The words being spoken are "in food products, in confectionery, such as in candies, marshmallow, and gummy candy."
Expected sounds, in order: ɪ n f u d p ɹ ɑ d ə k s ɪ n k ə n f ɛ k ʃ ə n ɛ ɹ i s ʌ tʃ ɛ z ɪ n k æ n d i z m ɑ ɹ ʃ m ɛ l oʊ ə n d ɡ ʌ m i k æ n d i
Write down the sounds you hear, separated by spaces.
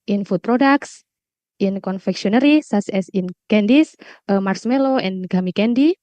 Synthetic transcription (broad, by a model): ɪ n f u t p ɹ ɑ d ə k s ɪ n k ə n f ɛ k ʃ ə n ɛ ɹ i s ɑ s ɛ s ɪ n k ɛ n d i s m ɑ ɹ s m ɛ l oʊ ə n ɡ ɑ m i k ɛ n d i